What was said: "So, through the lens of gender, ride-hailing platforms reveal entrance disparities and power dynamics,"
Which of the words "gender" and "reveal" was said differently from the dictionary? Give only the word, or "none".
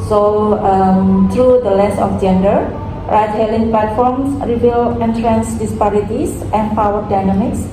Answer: reveal